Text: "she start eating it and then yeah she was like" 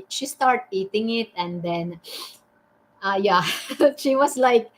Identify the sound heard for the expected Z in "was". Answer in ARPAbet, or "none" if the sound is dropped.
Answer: S